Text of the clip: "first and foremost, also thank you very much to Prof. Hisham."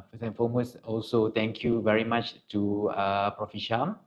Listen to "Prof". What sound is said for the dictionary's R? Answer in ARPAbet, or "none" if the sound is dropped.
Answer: R